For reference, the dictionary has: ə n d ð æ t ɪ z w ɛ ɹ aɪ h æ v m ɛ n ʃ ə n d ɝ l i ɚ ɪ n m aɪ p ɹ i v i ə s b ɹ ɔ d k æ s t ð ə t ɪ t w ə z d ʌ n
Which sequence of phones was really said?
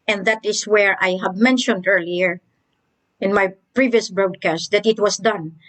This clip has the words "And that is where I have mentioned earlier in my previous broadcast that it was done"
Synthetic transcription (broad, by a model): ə n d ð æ t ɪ s w ɛ ɹ aɪ h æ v m ɛ n ʃ ə n d ɝ l i ɚ ɪ n m aɪ p ɹ i v i ə s b ɹ ɔ d k æ s t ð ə t ɪ t w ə s d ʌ n